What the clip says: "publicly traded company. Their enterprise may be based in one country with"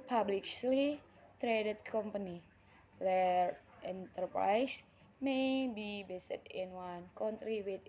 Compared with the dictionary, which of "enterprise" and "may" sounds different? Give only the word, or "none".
enterprise